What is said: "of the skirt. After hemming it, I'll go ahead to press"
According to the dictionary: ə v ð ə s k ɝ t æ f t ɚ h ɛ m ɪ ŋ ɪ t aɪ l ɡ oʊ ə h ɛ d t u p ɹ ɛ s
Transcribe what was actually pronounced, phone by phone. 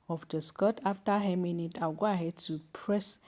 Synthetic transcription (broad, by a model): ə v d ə s k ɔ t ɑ f t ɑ h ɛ m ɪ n ɪ t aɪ w ɡ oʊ ə h ɛ d t u p ɹ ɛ s